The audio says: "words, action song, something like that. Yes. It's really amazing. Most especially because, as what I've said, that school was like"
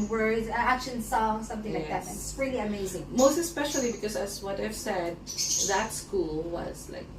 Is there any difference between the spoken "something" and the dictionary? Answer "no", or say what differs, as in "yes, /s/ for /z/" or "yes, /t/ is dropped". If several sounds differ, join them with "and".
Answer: no